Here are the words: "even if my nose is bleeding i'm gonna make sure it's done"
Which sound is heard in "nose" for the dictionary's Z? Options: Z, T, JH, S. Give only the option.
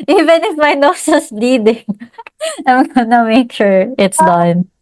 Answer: S